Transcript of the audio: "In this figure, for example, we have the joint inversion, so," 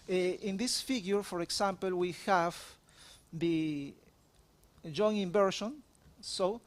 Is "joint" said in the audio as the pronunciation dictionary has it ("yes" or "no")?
no